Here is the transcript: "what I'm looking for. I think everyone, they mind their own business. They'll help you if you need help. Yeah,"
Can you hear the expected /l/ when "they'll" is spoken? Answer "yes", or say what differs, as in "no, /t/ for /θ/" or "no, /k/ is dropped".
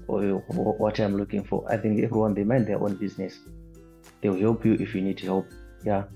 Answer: no, /w/ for /l/